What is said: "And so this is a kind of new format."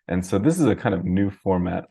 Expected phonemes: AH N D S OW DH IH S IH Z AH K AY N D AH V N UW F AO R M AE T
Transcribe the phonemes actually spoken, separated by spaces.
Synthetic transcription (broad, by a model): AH N S OW DH IH S IH Z AH K AY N D AH V N UW F AO R M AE T